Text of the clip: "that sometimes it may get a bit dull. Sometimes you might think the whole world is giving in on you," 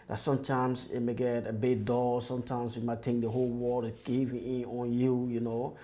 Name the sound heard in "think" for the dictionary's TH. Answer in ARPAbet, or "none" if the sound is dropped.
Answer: T